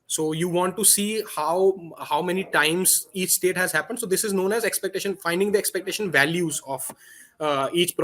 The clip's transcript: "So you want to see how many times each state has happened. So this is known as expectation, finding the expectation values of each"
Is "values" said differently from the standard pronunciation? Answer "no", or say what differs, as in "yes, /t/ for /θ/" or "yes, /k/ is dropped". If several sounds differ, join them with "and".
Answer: no